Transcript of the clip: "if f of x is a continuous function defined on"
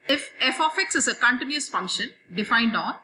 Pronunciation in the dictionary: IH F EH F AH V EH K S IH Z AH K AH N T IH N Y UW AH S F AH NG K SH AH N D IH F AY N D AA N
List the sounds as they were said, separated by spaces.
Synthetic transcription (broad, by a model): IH F EH F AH F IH K S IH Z AH K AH N T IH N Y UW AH S F AH NG K SH AH N D IH F AY N D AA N